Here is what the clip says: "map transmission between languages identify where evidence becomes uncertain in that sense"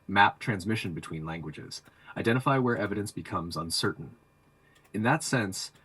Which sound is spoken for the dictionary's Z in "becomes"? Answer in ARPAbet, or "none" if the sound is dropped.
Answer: Z